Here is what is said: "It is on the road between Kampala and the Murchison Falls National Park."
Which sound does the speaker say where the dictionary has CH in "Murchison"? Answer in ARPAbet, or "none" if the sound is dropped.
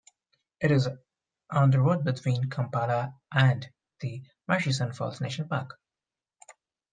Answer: SH